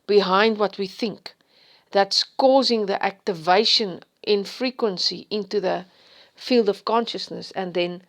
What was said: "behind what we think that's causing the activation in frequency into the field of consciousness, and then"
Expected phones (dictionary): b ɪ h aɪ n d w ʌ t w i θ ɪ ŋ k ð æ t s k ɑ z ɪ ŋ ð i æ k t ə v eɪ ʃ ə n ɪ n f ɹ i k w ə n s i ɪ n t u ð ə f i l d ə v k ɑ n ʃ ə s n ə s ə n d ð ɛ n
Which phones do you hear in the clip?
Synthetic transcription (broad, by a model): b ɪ h aɪ n d w ʌ t w i θ ɪ ŋ k ð æ t s k ɑ z ɪ ŋ ð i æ k t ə v eɪ ʃ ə n ɪ n f ɹ i k w ə n s i ɪ n t u ð ə f i l d ə v k ɑ n ʃ ə s n ə s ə n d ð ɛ n